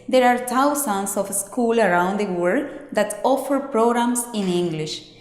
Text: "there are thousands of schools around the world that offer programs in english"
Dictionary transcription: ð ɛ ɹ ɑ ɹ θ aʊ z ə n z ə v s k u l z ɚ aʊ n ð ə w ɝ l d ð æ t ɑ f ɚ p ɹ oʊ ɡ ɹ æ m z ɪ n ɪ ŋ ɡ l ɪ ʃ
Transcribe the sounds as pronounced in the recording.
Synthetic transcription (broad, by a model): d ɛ ɹ ɑ ɹ t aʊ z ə n s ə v s k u l ɚ aʊ n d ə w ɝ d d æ t ɑ f ɚ p ɹ oʊ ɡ ɹ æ m s ɪ n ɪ ŋ ɡ l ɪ ʃ